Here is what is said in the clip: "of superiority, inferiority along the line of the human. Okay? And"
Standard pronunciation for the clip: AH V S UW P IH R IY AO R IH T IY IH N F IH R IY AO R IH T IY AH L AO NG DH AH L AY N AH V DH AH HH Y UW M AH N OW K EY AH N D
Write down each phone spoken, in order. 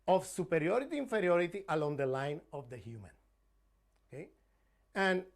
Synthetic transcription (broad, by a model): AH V S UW P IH R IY AO R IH T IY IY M F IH R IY AO R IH T IY AH L AO NG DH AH L AY N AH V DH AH HH Y UW M AH N OW K EY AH N